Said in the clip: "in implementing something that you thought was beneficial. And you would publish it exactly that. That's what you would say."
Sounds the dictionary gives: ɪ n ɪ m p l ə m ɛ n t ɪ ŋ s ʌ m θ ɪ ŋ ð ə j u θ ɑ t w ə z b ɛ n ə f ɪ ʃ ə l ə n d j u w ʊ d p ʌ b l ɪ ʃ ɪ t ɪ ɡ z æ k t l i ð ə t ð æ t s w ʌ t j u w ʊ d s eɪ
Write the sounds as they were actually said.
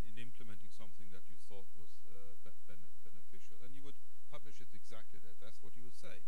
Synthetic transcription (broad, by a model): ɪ n ɪ m p l ə m ɛ n t ɪ ŋ s ʌ m θ ɪ ŋ ð ə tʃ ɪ θ ɑ t w ə z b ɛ n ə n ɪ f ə l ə n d j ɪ w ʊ d p ʌ b l ɪ ʃ ɪ t ɪ ɡ z æ k t l i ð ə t ð æ t s w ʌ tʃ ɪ w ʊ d s eɪ